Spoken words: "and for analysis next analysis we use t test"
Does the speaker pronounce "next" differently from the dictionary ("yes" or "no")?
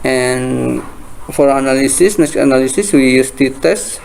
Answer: yes